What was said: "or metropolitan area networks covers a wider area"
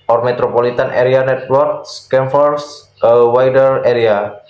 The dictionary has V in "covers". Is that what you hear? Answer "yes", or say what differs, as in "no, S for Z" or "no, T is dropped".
no, F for V